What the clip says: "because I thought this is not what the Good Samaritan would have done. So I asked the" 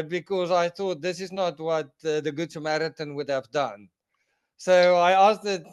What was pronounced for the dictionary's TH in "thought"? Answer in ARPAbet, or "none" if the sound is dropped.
TH